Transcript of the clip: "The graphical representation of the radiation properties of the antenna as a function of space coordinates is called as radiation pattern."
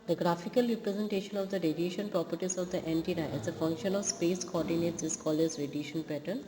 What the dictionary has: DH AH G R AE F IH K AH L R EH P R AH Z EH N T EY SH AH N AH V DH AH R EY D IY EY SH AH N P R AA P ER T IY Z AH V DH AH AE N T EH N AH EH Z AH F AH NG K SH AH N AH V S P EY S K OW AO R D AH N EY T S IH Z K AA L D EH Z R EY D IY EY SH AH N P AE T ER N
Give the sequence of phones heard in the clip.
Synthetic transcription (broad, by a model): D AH G R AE F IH K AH L R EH P R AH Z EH N T EY SH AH N AH V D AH R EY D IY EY SH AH N P R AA P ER T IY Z AH V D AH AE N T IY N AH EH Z AH F AH NG K SH AH N AH V S P EY S K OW AO R D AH N EY T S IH S K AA L EH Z R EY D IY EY SH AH N P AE T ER N